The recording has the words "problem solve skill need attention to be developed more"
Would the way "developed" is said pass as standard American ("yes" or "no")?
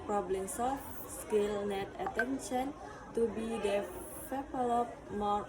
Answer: no